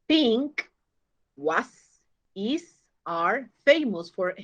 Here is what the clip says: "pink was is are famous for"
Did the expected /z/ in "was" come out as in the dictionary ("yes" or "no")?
no